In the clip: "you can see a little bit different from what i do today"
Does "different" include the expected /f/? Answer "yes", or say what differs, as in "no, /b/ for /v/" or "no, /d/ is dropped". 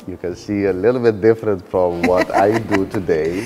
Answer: yes